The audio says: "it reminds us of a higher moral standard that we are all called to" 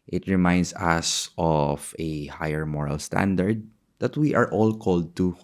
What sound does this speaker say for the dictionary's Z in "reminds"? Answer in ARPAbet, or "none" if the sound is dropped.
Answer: S